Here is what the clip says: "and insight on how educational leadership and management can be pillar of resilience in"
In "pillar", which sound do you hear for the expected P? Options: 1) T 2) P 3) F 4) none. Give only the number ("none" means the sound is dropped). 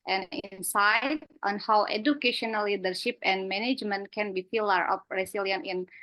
3